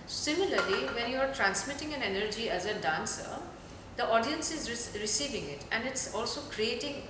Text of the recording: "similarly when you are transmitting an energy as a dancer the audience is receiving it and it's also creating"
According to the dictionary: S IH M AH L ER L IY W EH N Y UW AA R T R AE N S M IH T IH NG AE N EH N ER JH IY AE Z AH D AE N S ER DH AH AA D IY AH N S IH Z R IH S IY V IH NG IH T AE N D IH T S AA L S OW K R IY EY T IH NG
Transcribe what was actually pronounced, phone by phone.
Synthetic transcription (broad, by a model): S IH M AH L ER L IY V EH N Y UW AA R T R AE N S M IH T IH NG AE N EH N ER JH IY AE Z AH D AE N S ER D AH AA D IY AH N S IH Z R IH S IY V IH NG IH T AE N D IH T S AA L S OW K R IY EY T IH NG